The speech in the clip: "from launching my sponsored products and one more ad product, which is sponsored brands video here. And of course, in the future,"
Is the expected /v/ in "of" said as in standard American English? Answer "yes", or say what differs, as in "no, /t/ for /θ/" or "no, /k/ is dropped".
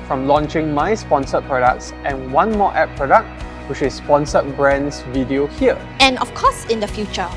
no, /f/ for /v/